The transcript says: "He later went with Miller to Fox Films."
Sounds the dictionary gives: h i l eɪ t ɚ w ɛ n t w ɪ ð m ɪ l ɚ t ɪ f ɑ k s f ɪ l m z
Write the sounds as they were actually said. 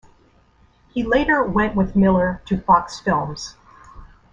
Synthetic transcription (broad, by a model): h i l eɪ t ɚ w ɛ n t w ɪ ð m ɪ l ɚ t ɪ f ɑ k s f ɪ l m z